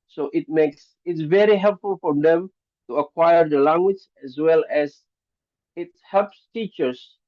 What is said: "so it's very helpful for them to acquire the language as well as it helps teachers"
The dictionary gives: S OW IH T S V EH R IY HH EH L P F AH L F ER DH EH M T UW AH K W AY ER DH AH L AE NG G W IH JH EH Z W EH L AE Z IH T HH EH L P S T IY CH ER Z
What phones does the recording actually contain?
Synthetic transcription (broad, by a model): S OW IH T S V EH R IY HH EH L P F AH L F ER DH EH M T UW AH K W AY ER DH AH L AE NG G W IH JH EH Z W EH L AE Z IH T HH EH L P S T IY CH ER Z